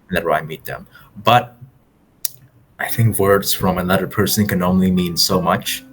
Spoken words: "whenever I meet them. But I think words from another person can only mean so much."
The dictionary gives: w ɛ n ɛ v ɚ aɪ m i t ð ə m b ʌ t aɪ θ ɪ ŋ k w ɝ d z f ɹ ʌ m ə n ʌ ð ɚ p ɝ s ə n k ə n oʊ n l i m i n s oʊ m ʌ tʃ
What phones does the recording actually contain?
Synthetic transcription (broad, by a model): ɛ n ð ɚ aɪ m i t ð ə m b ʌ t aɪ θ ɪ ŋ k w ɝ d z f ɹ ʌ m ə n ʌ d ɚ p ɝ s ə n k ə n oʊ n l i m i n s oʊ m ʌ tʃ